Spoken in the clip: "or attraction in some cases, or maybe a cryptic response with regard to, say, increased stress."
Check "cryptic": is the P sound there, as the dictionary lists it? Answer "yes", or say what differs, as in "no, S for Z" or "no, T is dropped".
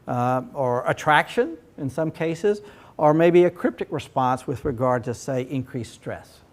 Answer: yes